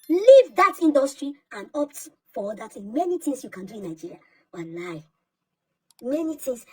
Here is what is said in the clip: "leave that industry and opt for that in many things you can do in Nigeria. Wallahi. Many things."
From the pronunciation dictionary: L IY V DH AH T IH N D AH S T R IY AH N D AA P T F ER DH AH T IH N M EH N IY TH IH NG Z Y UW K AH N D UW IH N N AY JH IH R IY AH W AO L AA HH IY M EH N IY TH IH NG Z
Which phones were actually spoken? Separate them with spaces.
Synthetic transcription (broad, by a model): L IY V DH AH T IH N D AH S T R IY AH N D AA P T F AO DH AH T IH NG M EH N IY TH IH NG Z Y UW K AH N D UW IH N N AY JH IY R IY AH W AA N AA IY M EH N IY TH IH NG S